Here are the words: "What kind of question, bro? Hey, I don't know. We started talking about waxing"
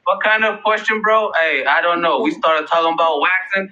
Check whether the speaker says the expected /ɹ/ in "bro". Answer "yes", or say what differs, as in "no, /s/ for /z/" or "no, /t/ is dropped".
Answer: yes